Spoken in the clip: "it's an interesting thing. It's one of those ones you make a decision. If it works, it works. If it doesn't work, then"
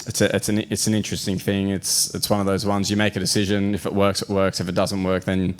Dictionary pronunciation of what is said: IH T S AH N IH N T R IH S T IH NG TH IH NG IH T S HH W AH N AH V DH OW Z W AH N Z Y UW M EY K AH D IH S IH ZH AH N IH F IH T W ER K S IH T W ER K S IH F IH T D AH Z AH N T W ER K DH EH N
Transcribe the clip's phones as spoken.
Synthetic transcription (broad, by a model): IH T S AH N IH N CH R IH S T IH NG TH IH NG IH T S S W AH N AH V DH OW Z W AH N Z Y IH M EY K AH D IH S IH ZH AH N IH F IH T W ER K S IH T W ER K S IH F IH T D AH Z AH N T W ER K DH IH N